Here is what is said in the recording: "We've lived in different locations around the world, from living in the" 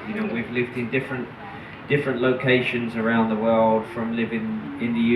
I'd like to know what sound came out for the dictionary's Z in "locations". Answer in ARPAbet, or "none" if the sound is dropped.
Z